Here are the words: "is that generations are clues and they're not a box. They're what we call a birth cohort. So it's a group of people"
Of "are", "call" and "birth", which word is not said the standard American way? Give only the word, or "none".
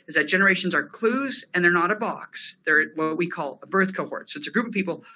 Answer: none